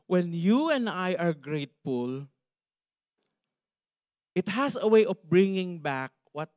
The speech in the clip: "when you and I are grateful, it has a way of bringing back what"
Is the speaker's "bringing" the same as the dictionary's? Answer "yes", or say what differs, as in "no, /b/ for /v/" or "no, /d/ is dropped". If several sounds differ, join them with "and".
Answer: yes